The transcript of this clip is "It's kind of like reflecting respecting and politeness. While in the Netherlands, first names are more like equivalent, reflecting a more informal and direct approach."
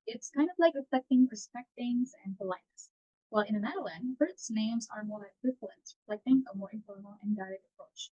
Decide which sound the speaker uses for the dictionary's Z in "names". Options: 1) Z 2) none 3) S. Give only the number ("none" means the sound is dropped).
1